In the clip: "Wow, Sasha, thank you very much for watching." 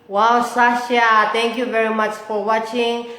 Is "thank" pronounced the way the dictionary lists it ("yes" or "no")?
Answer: no